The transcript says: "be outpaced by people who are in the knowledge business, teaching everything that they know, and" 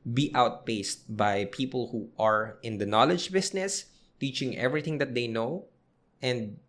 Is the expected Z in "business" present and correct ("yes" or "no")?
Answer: no